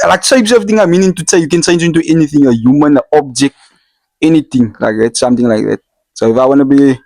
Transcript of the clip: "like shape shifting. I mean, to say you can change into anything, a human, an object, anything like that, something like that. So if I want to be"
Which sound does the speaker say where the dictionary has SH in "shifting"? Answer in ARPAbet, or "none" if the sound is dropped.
S